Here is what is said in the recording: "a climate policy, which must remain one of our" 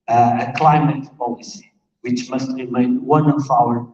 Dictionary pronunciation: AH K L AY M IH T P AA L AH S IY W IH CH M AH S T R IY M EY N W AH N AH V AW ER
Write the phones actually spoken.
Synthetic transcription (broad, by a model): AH K L AY M IH T P AA L AH S IY W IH CH M AH S T R IY M EY N W AH N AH F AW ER